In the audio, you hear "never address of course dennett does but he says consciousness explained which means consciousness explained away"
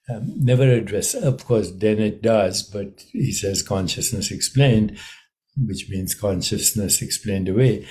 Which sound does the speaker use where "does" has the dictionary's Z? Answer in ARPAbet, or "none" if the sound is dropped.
Z